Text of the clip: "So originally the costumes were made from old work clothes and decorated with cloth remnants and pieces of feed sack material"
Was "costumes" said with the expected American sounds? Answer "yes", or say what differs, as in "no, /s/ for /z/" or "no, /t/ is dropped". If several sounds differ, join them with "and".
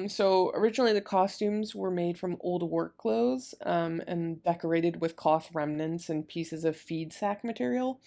yes